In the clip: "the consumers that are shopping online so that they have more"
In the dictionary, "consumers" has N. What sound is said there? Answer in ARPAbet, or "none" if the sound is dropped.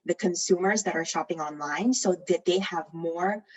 N